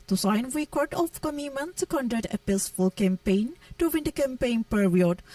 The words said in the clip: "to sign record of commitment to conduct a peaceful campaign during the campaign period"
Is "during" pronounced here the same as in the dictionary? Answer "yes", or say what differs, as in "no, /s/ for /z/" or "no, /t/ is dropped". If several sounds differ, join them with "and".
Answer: no, /w/ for /ɹ/